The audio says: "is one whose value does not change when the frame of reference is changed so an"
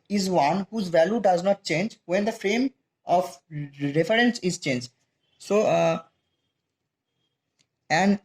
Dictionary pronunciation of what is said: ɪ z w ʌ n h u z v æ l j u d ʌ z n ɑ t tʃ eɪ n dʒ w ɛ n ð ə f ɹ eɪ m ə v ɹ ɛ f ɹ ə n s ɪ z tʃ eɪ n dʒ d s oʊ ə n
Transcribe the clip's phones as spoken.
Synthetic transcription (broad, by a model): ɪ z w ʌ n h u z v æ l j u d ʌ z n ɑ t tʃ eɪ n dʒ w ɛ n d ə f ɹ eɪ m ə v ɹ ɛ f ɹ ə n s ɪ z tʃ eɪ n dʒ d s oʊ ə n